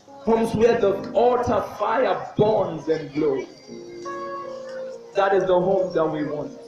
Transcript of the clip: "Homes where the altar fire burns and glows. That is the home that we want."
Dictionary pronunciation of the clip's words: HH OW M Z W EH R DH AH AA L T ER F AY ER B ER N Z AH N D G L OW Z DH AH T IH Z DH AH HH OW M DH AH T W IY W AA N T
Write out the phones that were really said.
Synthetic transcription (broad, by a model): HH OW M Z W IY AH DH AH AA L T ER F AY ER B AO N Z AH N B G L OW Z DH AH T IH Z DH AH HH OW M DH AH T W IY W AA N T